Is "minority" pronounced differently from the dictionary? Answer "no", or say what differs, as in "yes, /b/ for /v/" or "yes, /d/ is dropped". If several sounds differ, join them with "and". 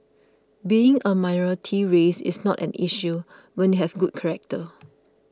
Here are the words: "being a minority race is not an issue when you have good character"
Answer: yes, /n/ is dropped